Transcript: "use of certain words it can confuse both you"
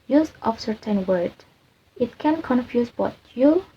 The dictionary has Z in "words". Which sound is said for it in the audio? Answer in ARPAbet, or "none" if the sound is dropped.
none